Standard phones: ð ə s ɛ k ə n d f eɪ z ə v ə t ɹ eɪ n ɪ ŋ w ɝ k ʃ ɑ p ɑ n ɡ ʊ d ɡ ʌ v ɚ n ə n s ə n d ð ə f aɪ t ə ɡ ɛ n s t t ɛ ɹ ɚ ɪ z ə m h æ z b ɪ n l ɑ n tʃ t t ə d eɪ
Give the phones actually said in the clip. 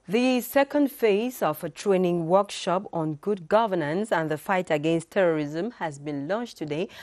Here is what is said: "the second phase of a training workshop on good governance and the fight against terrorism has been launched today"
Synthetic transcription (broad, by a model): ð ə s ɛ k ə n d f eɪ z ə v ə t ɹ eɪ n ɪ ŋ w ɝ k ʃ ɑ p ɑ n ɡ ʊ d ɡ ʌ v ɚ n ə n s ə n ð ə f aɪ t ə ɡ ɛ n s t t ɛ ɹ ɚ ɪ z ə m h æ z b ɪ n l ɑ n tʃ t t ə d eɪ